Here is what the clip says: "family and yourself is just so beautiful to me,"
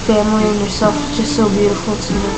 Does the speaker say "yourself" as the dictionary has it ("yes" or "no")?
no